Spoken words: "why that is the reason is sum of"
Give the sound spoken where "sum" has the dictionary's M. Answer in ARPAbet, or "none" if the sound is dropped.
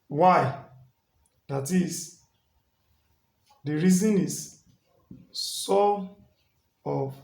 none